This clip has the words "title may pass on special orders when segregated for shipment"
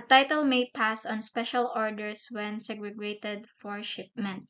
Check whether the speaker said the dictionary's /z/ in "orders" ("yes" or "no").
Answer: no